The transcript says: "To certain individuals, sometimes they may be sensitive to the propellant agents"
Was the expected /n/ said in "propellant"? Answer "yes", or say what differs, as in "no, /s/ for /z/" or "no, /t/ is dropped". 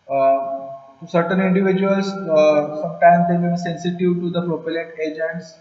no, /n/ is dropped